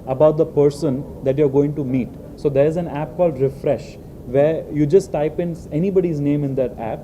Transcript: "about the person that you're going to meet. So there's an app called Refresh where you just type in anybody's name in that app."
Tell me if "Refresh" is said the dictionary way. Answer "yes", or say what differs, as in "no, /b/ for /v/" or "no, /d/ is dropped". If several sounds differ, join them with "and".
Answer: yes